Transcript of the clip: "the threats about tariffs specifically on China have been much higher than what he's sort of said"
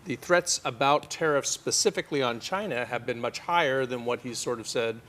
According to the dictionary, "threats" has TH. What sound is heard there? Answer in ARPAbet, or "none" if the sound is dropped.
TH